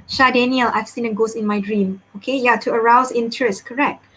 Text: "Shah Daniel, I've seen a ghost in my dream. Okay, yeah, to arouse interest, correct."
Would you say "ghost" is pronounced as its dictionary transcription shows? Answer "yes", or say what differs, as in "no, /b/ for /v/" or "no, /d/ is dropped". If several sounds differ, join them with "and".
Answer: no, /t/ is dropped